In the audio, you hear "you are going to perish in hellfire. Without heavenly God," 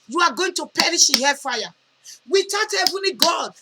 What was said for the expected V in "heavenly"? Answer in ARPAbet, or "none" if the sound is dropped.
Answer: V